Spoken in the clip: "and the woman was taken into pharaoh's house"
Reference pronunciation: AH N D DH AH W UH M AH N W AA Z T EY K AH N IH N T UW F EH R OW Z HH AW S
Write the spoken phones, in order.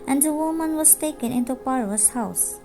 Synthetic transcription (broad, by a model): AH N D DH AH W UH M AH N W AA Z T EY K AH N IH N T UW P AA R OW S HH AW S